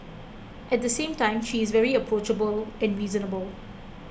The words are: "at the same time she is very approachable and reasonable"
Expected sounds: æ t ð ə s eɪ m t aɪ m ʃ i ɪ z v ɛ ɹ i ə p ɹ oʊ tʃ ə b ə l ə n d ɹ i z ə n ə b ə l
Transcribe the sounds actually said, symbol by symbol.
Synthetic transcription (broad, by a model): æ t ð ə s eɪ m t aɪ m ʃ i ɪ z v ɛ ɹ i ə p ɹ oʊ tʃ ə b ə l ə n d ɹ i z ə n ə b ə l